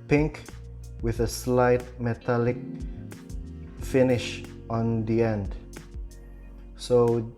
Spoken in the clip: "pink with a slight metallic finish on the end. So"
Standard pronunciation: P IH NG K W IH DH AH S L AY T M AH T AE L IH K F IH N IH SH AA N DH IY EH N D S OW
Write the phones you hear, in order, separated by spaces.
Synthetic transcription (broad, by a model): P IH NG K W IH DH AH S L AY T M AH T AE L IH K F IH N IH SH AA N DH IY EH N D S OW